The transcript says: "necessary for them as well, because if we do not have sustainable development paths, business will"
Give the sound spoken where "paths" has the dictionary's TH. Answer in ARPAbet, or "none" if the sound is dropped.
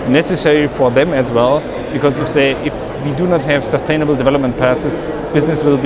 S